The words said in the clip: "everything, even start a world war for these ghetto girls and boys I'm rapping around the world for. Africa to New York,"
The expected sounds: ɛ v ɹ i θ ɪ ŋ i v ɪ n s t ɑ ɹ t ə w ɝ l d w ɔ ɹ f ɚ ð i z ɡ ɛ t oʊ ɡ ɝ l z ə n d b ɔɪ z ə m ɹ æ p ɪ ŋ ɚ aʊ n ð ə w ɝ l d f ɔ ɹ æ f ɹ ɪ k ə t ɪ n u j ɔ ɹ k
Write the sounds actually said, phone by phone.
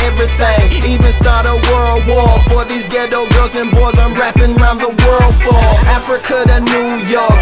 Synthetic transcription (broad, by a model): ɛ v ɹ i θ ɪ ŋ i v ɪ n s t ɑ ɹ t ə w ɝ l d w ɔ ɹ f ɚ ð i z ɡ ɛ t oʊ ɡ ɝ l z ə n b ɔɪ z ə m ɹ æ p ɪ ŋ ɚ aʊ n ð ə w ɝ l d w ɔ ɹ æ f ɹ ɪ k ə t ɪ n u j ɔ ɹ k